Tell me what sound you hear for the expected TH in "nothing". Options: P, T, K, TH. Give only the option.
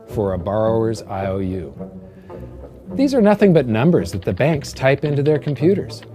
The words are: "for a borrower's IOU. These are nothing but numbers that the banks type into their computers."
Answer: TH